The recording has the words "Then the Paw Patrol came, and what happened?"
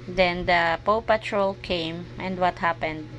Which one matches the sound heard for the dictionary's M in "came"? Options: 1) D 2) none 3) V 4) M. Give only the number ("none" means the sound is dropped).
4